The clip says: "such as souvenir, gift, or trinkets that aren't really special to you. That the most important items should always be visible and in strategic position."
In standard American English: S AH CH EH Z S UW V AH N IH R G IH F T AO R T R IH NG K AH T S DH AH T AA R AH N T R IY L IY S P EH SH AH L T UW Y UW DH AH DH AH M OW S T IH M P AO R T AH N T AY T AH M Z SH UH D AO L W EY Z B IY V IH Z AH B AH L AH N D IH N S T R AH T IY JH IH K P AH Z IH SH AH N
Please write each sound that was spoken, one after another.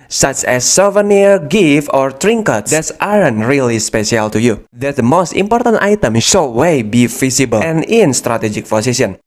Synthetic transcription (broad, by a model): S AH CH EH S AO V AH N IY R G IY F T AO R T R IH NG K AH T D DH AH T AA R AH N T R IY L IY S P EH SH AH L T UW Y UW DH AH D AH M OW S T IH M P AO R T AH N T AY T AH M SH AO W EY B IY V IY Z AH B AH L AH N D IH N S T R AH T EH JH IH K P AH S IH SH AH N